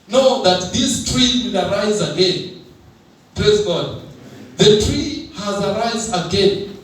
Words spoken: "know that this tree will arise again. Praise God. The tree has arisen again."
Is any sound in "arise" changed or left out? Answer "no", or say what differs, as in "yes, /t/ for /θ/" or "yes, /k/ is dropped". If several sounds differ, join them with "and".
no